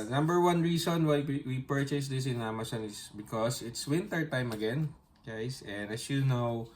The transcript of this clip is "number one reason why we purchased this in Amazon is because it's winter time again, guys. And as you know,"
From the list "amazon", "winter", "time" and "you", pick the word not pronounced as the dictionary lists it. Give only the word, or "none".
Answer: amazon